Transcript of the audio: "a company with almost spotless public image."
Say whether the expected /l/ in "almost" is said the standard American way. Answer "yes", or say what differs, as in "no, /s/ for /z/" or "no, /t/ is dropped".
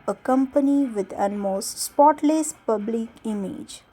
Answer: no, /n/ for /l/